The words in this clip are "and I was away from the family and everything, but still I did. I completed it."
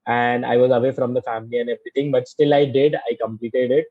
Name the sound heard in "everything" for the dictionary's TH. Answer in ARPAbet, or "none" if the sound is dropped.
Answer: T